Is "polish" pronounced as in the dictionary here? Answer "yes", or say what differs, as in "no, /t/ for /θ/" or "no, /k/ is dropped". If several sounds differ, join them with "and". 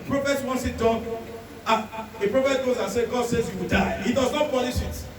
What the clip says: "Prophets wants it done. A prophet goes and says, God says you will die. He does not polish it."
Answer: no, /n/ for /l/